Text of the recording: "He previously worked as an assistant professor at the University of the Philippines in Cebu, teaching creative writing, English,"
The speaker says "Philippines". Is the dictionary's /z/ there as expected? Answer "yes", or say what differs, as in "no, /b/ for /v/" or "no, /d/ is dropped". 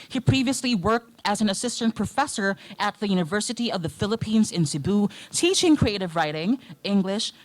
yes